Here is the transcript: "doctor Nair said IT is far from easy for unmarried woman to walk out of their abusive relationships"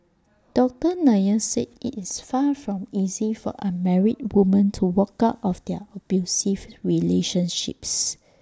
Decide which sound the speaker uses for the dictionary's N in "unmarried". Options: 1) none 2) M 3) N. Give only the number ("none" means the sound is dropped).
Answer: 1